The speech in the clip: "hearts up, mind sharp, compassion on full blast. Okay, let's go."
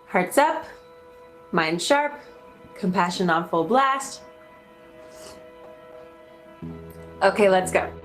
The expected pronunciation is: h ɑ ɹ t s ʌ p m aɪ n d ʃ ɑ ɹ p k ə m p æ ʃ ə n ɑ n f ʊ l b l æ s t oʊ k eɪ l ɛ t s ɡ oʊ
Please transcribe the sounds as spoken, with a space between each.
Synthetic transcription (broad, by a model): h ɑ ɹ t s ʌ p m aɪ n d ʃ ɑ ɹ p k ə m p æ ʃ ə n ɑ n f ʊ l b l æ s t oʊ k eɪ l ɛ t s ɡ oʊ